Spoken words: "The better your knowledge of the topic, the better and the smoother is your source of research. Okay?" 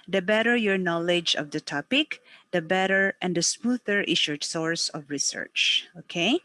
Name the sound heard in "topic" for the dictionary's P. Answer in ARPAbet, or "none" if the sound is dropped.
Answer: P